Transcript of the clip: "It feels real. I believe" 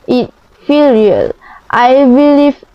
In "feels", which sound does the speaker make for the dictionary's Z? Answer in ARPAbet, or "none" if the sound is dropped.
none